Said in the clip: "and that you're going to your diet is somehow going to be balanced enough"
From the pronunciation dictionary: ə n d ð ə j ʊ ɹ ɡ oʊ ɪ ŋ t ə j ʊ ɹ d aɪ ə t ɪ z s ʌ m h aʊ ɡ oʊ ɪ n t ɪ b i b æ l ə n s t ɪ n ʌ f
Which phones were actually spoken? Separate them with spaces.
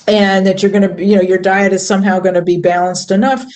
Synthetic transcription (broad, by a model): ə n ð ə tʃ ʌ ɹ ɡ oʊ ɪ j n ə j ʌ ɹ d aɪ ə t ɪ z s ʌ m h aʊ ɡ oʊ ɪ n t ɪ b i b æ l ə n s t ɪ n ʌ f